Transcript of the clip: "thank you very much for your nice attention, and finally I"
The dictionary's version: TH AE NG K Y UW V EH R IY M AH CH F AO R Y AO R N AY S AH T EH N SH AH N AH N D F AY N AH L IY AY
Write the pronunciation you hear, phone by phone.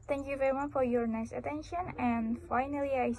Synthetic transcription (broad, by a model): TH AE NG K Y UW V EH R IY M AH CH F AO R Y AO R N AY S AH T EH N SH AH N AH N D F AY N AH L IY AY